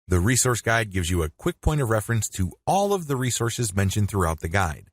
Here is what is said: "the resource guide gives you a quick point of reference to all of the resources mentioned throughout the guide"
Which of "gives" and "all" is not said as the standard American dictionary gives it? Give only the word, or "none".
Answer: none